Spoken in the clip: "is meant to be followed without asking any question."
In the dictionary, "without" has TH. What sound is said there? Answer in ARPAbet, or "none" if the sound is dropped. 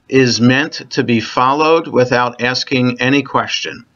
TH